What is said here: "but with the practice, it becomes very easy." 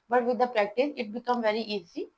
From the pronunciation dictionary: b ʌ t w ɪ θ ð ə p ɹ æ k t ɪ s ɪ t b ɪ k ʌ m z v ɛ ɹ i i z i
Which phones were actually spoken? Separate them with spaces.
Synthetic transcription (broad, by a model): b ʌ t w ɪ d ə p ɹ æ k t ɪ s ɪ t b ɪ k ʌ m v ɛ ɹ i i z i